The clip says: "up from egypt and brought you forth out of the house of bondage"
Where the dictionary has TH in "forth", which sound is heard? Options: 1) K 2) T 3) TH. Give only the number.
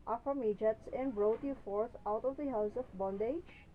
2